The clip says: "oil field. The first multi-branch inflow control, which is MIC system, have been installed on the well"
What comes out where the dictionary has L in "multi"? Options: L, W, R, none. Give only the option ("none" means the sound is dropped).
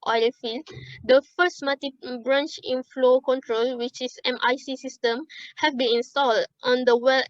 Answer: none